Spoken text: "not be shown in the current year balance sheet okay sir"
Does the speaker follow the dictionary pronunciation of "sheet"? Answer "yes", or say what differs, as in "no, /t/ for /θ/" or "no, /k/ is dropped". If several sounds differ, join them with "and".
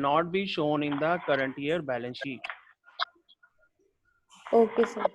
no, /t/ is dropped